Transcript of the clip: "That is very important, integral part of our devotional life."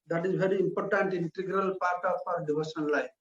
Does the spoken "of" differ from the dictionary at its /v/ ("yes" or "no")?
yes